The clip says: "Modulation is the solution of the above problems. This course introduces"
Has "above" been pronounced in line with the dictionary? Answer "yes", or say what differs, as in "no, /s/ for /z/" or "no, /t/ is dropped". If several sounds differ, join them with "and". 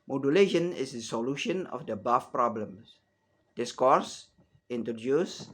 no, /f/ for /v/